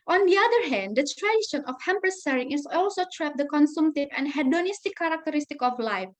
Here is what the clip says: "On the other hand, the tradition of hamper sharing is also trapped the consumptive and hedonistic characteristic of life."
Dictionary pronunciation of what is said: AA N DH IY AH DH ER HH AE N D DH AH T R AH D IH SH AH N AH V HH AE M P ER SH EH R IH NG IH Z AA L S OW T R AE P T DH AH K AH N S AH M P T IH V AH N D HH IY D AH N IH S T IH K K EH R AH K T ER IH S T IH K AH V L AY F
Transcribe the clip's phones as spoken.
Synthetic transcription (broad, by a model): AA N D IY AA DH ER HH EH N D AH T R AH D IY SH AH N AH F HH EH M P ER S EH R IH NG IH S AA L S OW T R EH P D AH K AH N S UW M T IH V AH N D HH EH D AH N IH S T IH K K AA R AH K T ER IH S T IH K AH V L AY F